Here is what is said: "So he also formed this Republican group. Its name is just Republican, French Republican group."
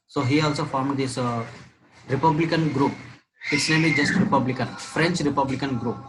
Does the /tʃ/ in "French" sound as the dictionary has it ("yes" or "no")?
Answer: yes